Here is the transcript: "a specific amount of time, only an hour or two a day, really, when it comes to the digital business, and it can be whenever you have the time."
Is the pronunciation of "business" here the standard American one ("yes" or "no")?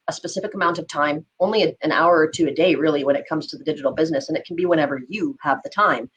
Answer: yes